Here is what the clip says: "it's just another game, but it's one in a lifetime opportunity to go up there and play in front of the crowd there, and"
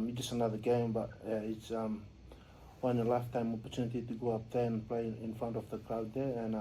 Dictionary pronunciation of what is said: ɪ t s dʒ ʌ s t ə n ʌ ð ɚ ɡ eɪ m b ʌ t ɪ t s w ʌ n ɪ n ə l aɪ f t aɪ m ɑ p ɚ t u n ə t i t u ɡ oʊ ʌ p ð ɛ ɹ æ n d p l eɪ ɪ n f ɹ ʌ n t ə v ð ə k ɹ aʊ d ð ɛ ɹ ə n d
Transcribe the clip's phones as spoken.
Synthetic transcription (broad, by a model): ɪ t dʒ ʌ s t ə n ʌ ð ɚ ɡ eɪ m b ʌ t ɪ t s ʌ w ɪ n ə l aɪ f t aɪ m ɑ p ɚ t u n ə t i t u ɡ oʊ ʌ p ð ɛ ɹ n p l eɪ ɪ n f ɹ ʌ n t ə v ð ə k l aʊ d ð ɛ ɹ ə n